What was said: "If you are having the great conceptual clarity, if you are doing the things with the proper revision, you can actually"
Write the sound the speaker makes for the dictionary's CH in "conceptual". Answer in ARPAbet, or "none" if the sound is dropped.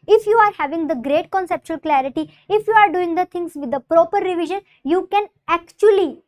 CH